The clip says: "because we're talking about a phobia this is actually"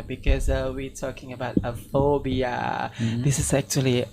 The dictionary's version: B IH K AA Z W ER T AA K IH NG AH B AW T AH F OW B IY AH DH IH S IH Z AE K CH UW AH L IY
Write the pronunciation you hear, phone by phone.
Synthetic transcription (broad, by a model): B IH K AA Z W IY T AA K IH NG AH B AW T AH F OW B IY AH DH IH S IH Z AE K CH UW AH L IY